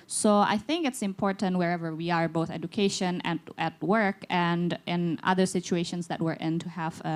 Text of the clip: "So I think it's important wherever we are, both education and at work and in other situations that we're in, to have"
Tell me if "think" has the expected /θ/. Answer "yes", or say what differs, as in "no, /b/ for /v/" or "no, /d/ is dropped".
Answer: yes